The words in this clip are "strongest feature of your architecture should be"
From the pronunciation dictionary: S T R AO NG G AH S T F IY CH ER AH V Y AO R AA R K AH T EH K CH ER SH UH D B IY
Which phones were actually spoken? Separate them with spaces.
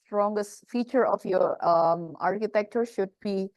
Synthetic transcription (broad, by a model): S T R AO NG G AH S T F IY CH ER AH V Y AO R AA R K AH T EH K CH ER SH UH D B IY